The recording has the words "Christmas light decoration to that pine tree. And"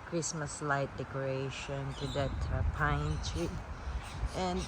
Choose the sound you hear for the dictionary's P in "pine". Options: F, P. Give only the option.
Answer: P